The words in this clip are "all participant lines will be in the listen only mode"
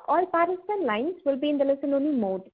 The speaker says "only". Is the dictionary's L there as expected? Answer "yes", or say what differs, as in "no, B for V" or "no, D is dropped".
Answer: no, L is dropped